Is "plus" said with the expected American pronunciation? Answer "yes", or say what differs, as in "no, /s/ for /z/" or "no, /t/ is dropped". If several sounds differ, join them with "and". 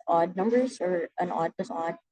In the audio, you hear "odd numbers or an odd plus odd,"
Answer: no, /l/ is dropped